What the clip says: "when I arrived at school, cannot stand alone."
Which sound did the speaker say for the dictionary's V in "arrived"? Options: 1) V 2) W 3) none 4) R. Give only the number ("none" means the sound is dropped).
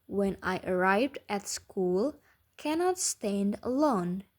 1